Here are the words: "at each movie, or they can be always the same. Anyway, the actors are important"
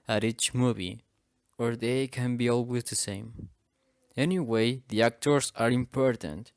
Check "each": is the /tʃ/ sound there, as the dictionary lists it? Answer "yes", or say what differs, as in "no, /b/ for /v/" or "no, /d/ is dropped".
yes